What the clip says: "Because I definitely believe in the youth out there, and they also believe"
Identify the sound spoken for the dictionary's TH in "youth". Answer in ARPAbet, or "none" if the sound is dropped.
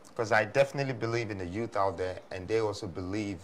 TH